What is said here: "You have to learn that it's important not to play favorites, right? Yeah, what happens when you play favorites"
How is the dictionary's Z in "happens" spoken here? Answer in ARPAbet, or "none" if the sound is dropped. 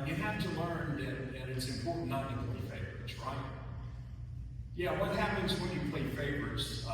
Z